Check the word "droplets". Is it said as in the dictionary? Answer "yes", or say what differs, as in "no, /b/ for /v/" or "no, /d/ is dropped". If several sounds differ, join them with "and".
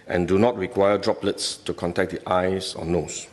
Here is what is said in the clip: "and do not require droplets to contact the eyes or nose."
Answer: yes